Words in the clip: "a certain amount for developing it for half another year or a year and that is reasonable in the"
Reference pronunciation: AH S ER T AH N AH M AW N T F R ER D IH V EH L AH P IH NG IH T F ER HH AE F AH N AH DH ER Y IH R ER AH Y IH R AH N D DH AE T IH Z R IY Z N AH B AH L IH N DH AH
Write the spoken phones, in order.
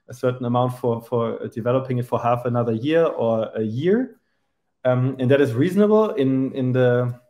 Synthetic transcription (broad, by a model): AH S ER T N AH M AW N T F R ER D IH V EH L AH P IH NG IH T F ER HH AE F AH N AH DH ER Y IH R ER AH Y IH R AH N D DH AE T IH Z R IY Z N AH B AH N IH N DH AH